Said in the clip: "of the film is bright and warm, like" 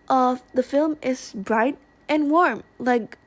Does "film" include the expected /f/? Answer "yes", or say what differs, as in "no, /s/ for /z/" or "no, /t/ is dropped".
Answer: yes